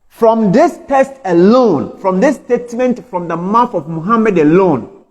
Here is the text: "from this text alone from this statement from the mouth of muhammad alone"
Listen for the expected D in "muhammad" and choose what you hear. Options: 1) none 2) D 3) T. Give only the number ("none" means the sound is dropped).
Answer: 2